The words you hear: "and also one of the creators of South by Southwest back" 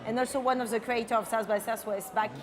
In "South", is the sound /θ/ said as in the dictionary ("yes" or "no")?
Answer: no